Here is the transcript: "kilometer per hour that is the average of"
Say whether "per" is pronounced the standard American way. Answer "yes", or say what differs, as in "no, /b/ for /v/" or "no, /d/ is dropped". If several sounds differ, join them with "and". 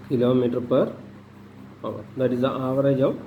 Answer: yes